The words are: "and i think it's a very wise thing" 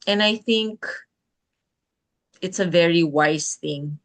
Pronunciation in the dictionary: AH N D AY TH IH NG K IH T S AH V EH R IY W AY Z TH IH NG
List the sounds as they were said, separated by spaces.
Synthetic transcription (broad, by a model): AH N AY TH IH NG K IH T S AH V EH R IY W AY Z TH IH NG